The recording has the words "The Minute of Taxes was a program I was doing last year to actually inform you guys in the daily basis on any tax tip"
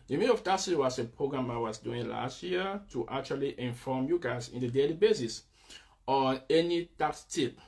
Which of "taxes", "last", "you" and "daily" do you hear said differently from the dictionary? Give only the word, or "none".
taxes